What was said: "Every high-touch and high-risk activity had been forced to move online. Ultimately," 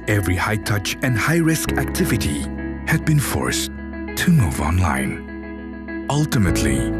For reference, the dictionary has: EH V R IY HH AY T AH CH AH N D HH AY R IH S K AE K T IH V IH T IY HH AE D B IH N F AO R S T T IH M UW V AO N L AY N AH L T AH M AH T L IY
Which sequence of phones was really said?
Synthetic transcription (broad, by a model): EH V R IY HH AY T AH CH AH N D HH AY R IH S K AE K T IH V IH T IY HH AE D B IH N F AO R S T T IH M UW V AO N L AY N AH L T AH M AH T L IY